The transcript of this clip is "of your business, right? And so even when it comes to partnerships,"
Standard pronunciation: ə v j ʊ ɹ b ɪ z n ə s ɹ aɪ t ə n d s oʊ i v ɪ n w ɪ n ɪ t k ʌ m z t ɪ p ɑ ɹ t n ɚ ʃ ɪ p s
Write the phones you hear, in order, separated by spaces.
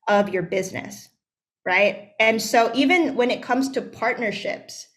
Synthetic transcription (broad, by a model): ə v j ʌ ɹ b ɪ z n ə s ɹ aɪ t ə n s oʊ i v ɪ n w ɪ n ɪ t k ʌ m z t ɪ p ɑ ɹ t n ɚ ʃ ɪ p s